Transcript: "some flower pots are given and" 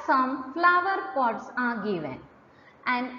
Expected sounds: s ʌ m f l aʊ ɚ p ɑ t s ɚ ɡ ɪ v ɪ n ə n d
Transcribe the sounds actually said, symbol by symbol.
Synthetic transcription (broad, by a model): s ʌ m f l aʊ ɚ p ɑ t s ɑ ɡ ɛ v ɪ ə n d